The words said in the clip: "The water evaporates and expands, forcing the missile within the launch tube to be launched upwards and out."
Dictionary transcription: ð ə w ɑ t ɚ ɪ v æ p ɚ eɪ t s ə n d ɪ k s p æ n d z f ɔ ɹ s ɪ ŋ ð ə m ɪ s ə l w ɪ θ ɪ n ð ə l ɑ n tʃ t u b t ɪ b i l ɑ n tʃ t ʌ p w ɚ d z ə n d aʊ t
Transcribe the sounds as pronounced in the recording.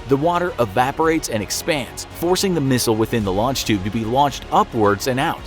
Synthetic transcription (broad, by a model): ð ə w ɑ t ɚ ɪ v æ p ɚ eɪ t s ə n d ɪ k s p æ n d z f ɔ ɹ s ɪ ŋ ð ə m ɪ s l w ɪ θ ɪ n ð ə l ɑ n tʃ t u b t ɪ b i l ɑ n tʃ t ʌ p w ɚ d z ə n aʊ t